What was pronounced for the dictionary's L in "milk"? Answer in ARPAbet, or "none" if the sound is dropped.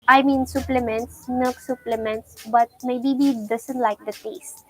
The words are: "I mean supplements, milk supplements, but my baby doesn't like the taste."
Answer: none